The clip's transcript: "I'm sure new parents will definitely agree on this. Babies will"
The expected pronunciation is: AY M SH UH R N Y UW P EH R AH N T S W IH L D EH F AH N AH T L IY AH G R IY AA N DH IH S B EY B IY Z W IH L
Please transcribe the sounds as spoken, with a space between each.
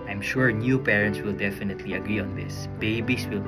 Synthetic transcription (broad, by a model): AY M SH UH R N Y UW P EH R AH N T S W IH L D EH F AH N AH T L IY AH G R IY AA N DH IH S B EY B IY S W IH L